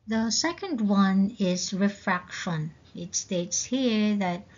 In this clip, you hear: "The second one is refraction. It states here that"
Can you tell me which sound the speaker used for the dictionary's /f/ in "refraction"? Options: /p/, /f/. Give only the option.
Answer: /f/